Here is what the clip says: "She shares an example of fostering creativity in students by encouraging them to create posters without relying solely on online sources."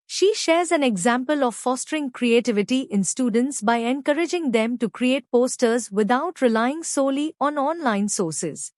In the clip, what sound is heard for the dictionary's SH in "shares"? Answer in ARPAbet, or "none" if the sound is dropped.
SH